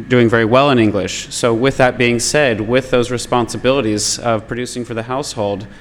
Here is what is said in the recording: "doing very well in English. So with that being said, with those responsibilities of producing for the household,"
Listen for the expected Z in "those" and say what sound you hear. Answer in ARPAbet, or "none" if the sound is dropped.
Z